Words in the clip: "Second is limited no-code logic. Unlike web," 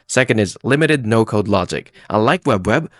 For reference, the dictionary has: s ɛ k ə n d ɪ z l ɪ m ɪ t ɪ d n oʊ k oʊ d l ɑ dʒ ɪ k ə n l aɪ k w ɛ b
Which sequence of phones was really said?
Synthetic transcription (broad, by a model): s ɛ k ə n d ɪ z l ɪ m ɪ t ɪ d n oʊ k oʊ d l ɑ dʒ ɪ k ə l aɪ k w ɛ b